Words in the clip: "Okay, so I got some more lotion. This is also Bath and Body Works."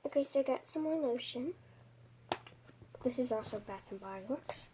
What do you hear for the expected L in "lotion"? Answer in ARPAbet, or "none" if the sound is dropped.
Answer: N